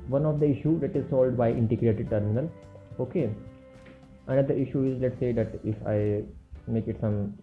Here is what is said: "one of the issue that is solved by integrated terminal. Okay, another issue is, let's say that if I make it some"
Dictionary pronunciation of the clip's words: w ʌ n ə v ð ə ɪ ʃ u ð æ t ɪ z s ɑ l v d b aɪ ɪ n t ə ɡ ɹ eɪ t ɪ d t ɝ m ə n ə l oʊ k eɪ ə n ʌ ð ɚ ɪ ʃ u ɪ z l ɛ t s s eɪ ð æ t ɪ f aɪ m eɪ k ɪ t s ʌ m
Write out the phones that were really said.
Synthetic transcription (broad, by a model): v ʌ n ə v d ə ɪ ʃ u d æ t ɪ z s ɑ l d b aɪ ɪ n t ə ɡ ɹ eɪ t ɪ d t ɝ m ə n ə l oʊ k eɪ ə n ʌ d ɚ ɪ ʃ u ɪ z l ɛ t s s eɪ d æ t ɪ f aɪ m eɪ k ɪ t s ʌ m